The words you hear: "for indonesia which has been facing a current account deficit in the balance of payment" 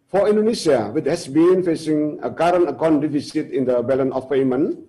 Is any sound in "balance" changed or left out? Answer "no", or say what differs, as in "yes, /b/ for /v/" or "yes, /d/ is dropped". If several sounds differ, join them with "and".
yes, /s/ is dropped